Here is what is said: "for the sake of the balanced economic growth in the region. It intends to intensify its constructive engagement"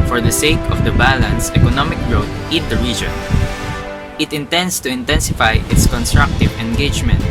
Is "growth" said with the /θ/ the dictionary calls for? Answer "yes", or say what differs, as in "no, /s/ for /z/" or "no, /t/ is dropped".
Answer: no, /t/ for /θ/